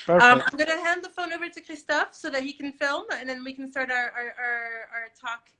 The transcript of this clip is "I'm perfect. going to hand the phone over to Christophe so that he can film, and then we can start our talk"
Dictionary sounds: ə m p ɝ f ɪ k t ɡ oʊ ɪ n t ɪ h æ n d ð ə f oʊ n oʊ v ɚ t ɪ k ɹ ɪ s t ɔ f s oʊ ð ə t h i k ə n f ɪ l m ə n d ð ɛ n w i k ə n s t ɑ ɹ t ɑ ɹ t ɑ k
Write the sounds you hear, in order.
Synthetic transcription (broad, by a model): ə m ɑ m ɡ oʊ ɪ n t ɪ h æ n d ð ə f oʊ n oʊ v ɚ t ɪ k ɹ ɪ s t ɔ f s oʊ ð ə t h i k n f ɪ l m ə n ð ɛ n w i k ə n s t ɑ ɹ t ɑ ɹ t ɑ k